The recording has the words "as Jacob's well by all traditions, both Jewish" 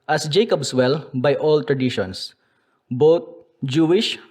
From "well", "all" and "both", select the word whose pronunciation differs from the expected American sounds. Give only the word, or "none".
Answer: both